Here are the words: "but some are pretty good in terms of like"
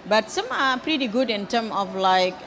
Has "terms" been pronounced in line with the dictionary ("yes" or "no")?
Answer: no